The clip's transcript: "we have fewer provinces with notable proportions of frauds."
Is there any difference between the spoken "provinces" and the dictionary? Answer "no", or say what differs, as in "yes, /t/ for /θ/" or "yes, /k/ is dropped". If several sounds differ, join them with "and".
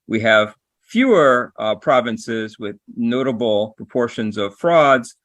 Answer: no